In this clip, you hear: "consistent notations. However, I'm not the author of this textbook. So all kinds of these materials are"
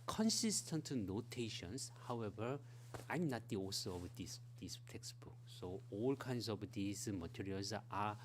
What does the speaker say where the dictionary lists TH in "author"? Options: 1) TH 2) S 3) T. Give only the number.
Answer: 2